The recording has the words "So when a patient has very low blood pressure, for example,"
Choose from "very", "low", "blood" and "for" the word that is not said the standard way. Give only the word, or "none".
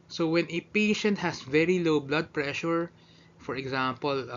none